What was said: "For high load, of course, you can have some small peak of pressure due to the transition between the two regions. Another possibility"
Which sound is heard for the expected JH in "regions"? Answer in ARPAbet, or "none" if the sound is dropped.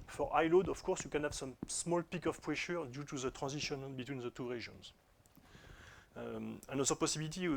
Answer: ZH